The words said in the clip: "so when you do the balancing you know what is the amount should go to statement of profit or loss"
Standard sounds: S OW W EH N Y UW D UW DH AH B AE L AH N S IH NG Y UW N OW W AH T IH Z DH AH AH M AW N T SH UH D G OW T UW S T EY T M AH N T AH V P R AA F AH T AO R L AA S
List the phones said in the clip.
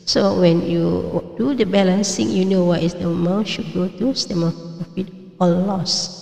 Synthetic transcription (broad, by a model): S OW W EH N Y UW D UW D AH B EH L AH N S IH NG Y UW N OW W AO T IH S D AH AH M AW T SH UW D G OW T UW S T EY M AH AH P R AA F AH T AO L L AA S